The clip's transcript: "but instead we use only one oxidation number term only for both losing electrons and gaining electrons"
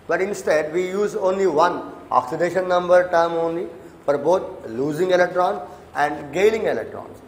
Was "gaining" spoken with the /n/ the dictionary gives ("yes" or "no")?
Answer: no